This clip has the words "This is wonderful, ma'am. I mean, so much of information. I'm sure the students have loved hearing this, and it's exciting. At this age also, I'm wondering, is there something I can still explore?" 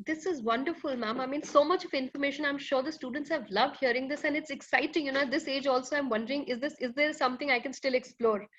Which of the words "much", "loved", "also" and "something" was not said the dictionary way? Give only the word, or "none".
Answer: something